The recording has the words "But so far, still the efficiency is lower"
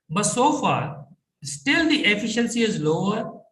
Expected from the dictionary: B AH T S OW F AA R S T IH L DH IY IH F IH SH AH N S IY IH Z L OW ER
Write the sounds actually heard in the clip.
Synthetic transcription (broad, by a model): B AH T S OW F AA R S T IH L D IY IH F IH SH AH N S IY IH Z L OW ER